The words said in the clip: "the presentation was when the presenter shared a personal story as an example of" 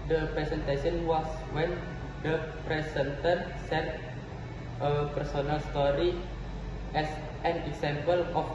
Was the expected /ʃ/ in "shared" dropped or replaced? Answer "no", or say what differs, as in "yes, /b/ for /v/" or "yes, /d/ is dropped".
yes, /s/ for /ʃ/